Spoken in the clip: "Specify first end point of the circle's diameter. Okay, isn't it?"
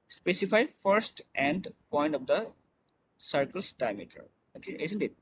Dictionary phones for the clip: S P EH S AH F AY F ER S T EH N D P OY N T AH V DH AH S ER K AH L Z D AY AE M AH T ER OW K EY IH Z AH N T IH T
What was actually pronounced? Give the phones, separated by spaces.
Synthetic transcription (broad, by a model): S P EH S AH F AY F ER S T EH N D P OY N T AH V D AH S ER K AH L S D AY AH M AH T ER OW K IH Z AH N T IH T